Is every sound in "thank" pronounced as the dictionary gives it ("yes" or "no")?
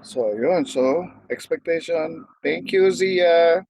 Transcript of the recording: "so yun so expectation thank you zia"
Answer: no